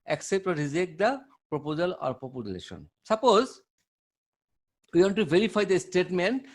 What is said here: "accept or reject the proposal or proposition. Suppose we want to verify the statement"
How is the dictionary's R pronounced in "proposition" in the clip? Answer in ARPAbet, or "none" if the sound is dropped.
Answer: none